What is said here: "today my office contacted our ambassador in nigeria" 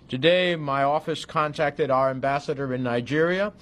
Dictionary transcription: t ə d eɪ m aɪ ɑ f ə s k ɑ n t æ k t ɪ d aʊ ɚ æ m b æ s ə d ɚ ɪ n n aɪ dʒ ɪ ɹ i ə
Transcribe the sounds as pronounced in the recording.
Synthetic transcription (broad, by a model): t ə d eɪ m aɪ ɑ f ə s k ɑ n t æ k t ɪ d aʊ ɚ æ m b æ s ə d ɚ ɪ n n aɪ dʒ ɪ ɹ i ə